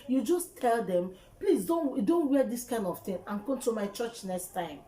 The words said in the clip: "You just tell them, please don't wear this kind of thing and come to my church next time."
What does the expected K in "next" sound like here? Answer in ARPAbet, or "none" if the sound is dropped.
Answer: K